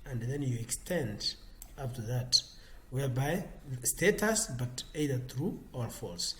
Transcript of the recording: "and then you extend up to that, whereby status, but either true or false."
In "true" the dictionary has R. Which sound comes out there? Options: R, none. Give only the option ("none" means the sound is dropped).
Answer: R